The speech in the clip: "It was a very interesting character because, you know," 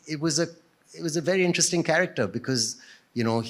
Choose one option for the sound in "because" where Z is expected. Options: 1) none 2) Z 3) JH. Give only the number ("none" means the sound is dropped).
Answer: 2